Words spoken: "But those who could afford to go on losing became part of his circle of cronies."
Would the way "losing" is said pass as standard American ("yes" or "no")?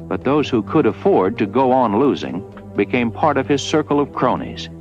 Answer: yes